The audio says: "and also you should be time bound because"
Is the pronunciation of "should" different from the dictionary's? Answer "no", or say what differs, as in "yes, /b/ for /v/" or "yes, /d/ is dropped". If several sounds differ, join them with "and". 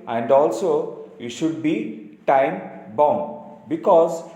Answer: no